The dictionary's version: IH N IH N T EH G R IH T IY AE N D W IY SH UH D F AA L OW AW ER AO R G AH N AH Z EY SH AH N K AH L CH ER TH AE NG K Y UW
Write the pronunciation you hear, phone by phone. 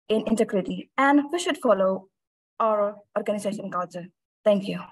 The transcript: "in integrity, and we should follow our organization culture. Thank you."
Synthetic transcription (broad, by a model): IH N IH N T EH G R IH T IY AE N D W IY SH UH D F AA L OW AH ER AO R G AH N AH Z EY SH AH N K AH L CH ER T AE NG K Y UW